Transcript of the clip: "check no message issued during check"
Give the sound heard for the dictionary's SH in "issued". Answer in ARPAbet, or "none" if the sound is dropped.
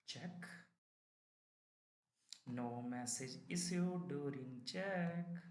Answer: S